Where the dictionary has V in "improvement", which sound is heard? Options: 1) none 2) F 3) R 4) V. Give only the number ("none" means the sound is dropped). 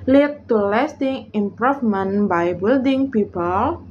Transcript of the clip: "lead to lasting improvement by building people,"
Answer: 2